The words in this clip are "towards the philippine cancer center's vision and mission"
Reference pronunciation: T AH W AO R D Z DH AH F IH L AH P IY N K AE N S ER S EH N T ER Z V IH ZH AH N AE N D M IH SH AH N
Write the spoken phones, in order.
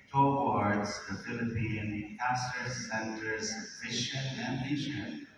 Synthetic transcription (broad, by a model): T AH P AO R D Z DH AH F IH L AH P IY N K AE S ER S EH N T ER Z F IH SH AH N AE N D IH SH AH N